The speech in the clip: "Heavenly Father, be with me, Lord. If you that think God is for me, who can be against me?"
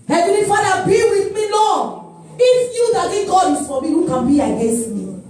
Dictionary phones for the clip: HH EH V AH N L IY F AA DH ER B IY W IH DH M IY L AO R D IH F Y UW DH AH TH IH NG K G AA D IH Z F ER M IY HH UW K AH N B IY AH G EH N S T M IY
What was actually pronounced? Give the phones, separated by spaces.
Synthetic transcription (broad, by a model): HH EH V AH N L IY F AA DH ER B IY W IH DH M IY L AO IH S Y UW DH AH T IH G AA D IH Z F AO M IY HH UW K AH N B IY AH G EH N S T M IY